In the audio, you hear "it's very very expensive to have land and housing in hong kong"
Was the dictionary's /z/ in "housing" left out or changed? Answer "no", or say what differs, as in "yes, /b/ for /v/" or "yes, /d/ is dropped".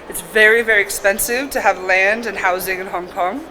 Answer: no